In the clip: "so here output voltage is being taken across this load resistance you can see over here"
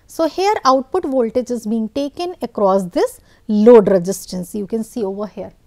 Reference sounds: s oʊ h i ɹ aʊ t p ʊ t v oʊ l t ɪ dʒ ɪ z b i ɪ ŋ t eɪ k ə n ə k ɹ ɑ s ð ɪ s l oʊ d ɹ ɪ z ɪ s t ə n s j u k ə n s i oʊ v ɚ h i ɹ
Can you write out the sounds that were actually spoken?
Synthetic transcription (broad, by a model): s oʊ h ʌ ɹ aʊ t p ʊ t v oʊ l t ɪ dʒ ɪ z b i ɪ ŋ t eɪ k ə n ə k ɹ ɑ s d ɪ s l oʊ d ɹ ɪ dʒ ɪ s t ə n s j u k ə n s i oʊ v ɚ h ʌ ɹ